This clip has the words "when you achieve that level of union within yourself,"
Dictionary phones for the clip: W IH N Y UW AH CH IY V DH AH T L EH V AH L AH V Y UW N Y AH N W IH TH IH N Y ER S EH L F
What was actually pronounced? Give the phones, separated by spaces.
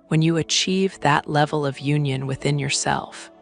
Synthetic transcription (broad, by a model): W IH N Y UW AH CH IY V DH AH T L EH V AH L AH V Y UW N Y AH N W IH TH IH N Y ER S EH L F